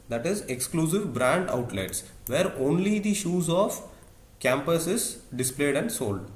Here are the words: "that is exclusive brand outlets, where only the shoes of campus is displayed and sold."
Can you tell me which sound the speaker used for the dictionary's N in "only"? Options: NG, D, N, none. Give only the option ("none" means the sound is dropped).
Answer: N